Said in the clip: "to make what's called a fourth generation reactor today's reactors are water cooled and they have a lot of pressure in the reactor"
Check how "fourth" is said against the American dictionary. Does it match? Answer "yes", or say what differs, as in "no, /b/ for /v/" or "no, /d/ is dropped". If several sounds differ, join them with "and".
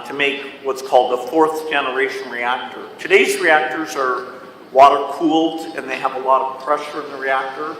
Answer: yes